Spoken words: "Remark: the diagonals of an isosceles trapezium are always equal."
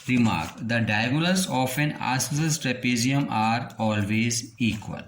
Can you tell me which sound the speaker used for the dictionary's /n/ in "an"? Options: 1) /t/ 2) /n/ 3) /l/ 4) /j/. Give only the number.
2